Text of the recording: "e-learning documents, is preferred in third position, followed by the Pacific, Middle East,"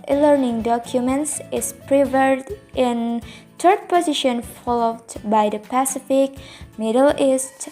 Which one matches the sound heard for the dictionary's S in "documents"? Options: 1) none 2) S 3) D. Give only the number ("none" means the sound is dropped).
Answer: 2